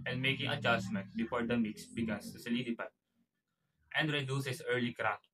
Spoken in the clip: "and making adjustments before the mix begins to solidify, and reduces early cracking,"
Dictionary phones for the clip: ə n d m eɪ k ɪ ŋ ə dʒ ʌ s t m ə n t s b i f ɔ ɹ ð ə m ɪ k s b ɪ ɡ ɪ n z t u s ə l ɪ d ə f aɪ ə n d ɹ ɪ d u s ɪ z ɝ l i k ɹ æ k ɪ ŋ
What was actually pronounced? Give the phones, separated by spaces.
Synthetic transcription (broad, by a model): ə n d m eɪ k ɪ ŋ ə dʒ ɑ s m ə n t b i f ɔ ɹ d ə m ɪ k s b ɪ ɡ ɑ n s t u s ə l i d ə p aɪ ə n d ɹ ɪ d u s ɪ s ɝ l i k ɹ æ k